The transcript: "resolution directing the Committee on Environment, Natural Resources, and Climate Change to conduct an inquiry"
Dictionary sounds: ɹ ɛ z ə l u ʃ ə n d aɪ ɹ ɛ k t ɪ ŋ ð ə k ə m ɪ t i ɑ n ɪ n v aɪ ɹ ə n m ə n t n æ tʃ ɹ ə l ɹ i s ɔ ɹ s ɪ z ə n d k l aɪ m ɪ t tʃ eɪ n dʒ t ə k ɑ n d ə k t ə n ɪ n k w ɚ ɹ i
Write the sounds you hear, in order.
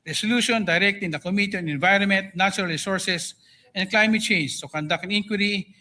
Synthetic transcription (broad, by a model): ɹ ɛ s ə l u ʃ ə n d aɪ ɹ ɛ k t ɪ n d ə k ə m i t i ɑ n ɪ n v aɪ ɹ ə n m ə n t n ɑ tʃ ɹ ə l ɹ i s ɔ ɹ s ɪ s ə n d k l aɪ m ɪ t tʃ eɪ n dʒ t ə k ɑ n d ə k ə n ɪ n k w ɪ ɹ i